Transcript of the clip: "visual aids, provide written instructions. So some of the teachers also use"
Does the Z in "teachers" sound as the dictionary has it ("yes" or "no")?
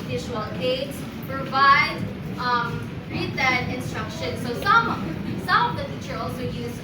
no